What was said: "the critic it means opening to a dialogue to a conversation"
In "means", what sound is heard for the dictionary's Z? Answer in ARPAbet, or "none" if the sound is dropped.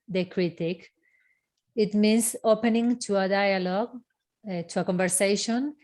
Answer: S